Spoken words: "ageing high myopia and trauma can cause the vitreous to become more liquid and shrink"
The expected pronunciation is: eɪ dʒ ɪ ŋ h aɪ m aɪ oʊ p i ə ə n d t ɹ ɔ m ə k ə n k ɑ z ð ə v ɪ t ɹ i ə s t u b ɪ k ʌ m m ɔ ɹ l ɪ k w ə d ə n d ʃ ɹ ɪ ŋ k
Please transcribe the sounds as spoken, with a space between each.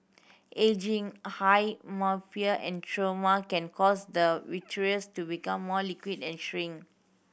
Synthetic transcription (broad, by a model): eɪ dʒ ɪ ŋ h aɪ m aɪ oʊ f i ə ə n t ɹ ɔ m ə k ə n k ɑ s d ə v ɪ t ɹ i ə s t u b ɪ k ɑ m m ɔ l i k w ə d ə n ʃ ɹ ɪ ŋ